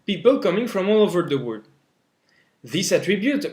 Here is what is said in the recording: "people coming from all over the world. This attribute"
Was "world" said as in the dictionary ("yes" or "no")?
no